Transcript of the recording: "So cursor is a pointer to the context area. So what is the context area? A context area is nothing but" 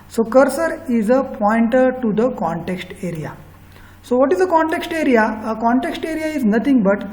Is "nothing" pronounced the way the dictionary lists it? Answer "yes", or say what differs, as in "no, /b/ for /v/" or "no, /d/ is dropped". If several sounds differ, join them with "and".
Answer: no, /t/ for /θ/